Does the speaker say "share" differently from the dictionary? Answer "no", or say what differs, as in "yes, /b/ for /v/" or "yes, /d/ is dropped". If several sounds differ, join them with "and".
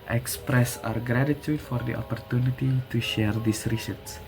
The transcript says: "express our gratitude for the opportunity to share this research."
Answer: no